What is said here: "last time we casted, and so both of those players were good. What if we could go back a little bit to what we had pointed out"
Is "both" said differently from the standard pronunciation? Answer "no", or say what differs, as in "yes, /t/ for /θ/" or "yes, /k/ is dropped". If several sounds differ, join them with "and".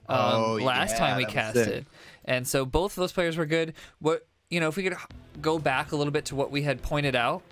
no